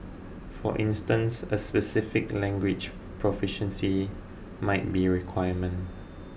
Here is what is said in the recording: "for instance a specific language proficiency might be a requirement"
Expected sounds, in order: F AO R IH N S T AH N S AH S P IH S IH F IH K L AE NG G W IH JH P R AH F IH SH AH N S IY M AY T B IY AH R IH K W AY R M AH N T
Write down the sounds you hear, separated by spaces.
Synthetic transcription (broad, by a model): F AO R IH N S T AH N S AH S P IH S IH F IH K L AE NG G W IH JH P R AH F IH SH AH N S IY M AY T B IY R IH K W AY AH M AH N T